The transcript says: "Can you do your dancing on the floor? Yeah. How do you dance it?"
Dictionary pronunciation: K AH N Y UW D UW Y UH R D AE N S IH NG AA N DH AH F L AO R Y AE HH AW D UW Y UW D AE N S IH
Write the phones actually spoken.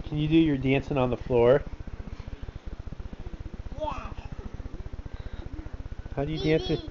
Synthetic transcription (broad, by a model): K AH N Y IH D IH Y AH R D AE N S IH NG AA N DH AH F L AO R HH AW D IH Y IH D AE N S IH